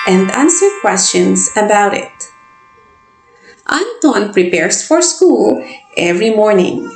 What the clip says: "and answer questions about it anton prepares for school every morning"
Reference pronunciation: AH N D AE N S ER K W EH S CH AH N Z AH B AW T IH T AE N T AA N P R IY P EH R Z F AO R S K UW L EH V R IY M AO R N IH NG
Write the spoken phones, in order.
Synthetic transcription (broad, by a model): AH N D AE N S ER K W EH S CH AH N S AH B AW T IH T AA N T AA N P R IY P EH R S F AO R S K UW L EH V R IY M AO R N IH NG